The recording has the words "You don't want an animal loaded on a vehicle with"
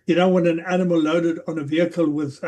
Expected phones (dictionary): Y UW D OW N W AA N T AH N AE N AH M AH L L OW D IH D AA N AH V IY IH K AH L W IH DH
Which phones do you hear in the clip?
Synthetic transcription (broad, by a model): Y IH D OW W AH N AH N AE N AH M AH L L OW D IH D N AH V IY IH K AH L W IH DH